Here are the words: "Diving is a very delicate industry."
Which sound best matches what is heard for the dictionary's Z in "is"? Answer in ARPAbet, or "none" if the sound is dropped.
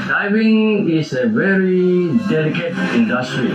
S